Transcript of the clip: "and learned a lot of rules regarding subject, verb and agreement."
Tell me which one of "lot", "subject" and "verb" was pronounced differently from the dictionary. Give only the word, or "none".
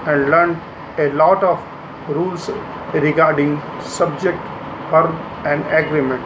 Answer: verb